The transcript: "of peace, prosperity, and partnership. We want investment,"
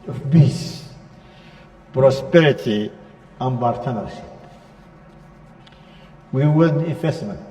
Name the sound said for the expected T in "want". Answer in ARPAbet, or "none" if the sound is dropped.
none